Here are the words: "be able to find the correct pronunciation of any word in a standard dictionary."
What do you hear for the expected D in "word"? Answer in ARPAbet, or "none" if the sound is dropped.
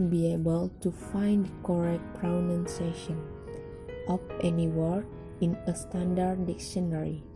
none